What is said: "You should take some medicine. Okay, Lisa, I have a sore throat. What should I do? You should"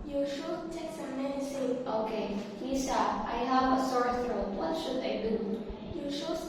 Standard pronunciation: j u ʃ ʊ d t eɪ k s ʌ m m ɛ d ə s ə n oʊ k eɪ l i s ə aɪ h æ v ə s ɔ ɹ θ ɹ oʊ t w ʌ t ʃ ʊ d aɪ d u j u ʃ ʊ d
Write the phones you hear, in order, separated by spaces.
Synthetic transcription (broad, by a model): j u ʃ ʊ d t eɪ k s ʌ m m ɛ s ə oʊ k eɪ l i s ə aɪ h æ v ə s ɔ ɹ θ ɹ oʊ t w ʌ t ʃ ʊ d aɪ d u j u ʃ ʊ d